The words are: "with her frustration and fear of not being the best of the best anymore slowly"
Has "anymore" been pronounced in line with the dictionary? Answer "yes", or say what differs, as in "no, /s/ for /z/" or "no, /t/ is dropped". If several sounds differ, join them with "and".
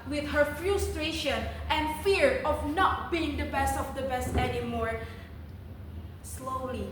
yes